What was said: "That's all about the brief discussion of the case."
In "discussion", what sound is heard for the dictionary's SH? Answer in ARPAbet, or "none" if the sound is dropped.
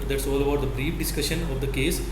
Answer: SH